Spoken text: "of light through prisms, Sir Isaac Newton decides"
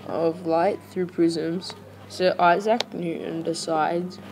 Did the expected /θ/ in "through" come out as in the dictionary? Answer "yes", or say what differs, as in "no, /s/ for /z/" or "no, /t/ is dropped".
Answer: yes